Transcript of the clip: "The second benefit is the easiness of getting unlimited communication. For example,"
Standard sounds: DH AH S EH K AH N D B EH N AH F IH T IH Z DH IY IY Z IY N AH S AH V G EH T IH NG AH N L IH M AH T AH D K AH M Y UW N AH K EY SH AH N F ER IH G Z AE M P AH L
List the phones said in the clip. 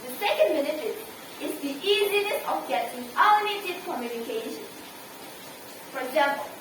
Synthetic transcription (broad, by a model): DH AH S EH K AH N D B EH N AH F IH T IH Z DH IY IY Z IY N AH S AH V G EH T IH NG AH L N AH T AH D K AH M Y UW N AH K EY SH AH N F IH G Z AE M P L